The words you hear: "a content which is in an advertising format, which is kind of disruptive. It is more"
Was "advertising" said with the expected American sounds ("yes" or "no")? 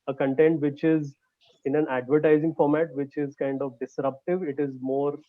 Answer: yes